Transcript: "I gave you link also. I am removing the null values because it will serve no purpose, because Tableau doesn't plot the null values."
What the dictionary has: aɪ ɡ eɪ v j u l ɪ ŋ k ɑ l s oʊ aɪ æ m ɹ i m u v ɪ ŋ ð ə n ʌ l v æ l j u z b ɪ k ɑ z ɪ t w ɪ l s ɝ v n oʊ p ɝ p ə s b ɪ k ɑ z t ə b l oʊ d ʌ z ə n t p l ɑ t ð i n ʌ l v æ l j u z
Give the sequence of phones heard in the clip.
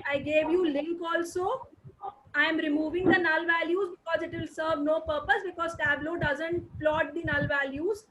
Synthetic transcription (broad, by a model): aɪ ɡ eɪ v j u l ɪ ŋ k ɑ l s oʊ aɪ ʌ m ɹ i m u v ɪ ŋ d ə n ʌ l v æ l j u z b ɪ k ɑ z ɪ t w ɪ l s ɝ v n oʊ p ɝ p ə s b ɪ k ɑ z t ə b l oʊ d ʌ z ə n t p l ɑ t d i n ʌ l v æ l j u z